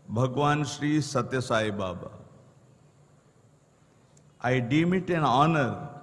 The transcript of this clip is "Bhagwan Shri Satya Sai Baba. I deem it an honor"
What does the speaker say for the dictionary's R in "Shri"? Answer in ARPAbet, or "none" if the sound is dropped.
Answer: R